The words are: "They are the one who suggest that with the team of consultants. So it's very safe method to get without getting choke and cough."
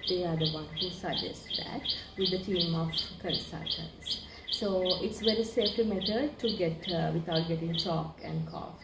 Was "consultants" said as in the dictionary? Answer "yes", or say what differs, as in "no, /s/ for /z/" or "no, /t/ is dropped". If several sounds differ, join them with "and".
no, /l/ is dropped